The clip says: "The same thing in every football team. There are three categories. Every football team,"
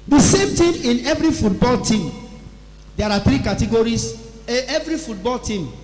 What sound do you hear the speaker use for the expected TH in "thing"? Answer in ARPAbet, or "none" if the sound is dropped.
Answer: T